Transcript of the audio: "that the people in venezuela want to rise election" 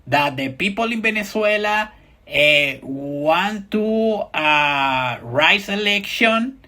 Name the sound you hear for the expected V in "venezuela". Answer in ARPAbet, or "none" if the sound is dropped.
B